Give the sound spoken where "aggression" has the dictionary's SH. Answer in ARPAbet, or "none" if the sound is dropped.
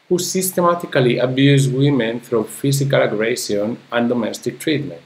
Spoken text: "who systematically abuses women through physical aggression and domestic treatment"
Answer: S